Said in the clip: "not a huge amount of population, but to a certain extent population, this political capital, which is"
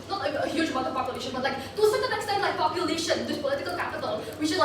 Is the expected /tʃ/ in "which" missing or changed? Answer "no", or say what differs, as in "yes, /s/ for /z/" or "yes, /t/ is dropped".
yes, /ʃ/ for /tʃ/